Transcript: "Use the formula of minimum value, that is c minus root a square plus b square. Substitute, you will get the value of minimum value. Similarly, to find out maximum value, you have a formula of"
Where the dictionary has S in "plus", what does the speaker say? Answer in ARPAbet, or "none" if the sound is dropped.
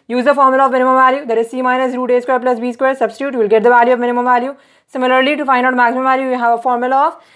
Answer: S